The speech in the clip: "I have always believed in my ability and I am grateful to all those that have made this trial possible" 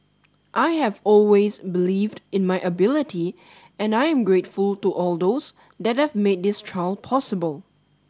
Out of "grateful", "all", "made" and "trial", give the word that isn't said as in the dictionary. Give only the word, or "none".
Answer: none